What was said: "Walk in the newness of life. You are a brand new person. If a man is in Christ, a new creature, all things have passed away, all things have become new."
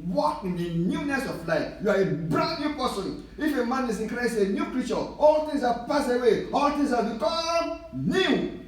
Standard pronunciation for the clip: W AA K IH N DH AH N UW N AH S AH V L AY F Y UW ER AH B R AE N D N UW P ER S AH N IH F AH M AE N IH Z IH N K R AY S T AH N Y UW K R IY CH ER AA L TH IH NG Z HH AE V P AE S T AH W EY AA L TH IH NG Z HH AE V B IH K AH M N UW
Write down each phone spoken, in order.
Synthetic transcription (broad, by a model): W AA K IH N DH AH N UW N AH S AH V L AY F Y UW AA AH B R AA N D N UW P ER S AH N IH F AH M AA N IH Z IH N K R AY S AH N Y UW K R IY CH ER AA L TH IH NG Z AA P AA S AH W EY AA L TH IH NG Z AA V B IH K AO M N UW